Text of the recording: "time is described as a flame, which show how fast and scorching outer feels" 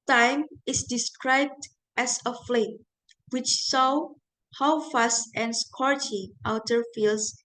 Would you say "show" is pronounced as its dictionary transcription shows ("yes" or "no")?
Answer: no